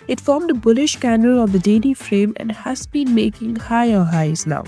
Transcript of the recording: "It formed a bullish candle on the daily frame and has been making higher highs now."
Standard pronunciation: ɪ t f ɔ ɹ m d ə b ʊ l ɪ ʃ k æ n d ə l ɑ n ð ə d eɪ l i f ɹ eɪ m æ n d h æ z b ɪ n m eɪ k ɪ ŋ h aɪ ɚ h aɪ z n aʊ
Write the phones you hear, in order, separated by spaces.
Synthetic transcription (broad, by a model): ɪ t f ɔ ɹ m d ə b ʊ l ɪ ʃ k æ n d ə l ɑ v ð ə d eɪ l i f ɹ eɪ m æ n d h æ z b ɪ n m eɪ k ɪ ŋ h aɪ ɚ h aɪ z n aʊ